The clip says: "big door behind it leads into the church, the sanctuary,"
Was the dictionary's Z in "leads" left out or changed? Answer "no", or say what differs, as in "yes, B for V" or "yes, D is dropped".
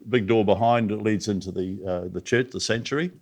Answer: no